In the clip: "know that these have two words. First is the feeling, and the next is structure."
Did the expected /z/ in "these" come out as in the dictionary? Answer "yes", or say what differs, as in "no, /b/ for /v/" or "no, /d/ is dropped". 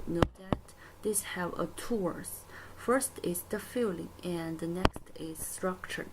no, /s/ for /z/